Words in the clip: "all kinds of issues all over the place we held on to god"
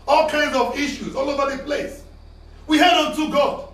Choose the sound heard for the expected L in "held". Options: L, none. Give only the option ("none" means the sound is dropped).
none